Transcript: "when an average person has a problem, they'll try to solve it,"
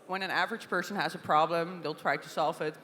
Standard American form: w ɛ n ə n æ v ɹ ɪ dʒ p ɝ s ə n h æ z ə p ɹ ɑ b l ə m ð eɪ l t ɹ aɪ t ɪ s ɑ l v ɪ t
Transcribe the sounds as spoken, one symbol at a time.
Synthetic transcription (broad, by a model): w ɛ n ə n æ v ɹ ɪ dʒ p ɝ s ə n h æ z ə p ɹ ɑ b l ə m ð eɪ l t ɹ aɪ t ɪ s ɑ l v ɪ t